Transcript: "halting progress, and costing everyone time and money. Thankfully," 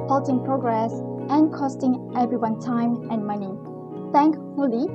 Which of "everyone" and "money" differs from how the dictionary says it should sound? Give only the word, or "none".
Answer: none